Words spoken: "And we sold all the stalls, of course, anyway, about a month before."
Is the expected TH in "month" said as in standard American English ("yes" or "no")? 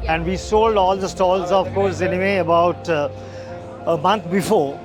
no